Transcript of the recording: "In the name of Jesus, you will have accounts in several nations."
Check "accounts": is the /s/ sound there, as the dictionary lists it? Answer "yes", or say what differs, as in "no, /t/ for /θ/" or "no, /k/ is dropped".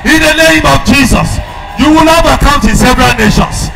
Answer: no, /s/ is dropped